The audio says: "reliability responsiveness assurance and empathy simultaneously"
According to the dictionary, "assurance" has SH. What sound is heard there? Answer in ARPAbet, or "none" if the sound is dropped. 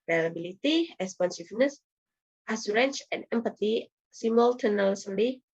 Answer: S